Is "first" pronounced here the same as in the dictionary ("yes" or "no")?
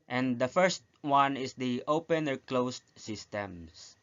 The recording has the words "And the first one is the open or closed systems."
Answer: yes